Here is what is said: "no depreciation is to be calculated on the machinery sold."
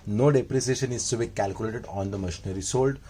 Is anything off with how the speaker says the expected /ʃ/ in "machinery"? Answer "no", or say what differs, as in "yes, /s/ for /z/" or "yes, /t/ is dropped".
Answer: no